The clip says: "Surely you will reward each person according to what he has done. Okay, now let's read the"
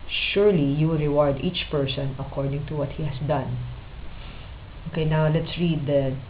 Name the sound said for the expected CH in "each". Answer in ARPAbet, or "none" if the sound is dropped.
CH